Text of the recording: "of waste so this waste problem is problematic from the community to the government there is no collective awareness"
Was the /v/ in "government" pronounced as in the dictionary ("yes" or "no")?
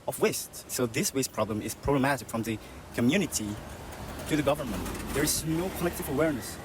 yes